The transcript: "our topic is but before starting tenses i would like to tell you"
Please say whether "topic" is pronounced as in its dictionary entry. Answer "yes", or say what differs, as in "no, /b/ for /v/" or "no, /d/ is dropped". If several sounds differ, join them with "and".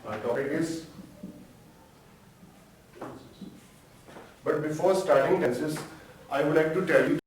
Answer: no, /k/ is dropped